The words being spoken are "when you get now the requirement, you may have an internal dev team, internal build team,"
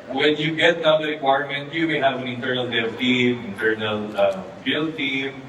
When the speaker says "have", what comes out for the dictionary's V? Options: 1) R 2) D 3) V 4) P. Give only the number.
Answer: 3